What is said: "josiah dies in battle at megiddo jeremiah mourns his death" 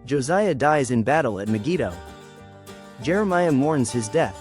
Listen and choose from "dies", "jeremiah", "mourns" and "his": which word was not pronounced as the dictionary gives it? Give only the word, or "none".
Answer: none